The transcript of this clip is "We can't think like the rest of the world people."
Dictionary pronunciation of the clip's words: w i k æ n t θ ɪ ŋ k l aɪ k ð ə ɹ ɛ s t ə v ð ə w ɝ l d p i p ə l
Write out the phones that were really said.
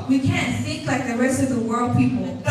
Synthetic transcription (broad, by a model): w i k æ n t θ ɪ k l aɪ k ð ə ɹ ɛ s t ə v ð ə w ɝ l d p i p l